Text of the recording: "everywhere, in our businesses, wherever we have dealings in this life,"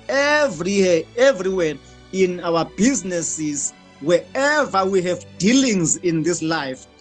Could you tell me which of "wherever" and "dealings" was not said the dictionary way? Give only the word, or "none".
wherever